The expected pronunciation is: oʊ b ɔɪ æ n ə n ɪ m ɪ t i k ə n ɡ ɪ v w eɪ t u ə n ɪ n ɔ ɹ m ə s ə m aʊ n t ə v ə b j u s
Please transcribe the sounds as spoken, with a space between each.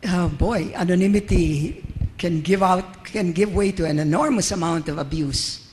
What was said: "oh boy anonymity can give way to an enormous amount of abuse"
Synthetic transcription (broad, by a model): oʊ b ɔɪ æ n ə n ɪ m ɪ t i k ə n ɡ ɪ v w eɪ t u ə n ɪ n ɔ ɹ m ə s ə m aʊ n t ə v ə b j u s